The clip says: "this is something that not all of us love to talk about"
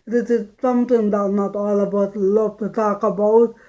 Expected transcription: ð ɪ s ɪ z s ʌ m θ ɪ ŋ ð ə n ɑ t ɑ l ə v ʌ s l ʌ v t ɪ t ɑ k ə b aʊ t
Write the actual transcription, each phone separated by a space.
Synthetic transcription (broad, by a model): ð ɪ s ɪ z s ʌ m t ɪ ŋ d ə n ɑ t ɑ l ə b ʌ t l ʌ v t ɪ t ɑ k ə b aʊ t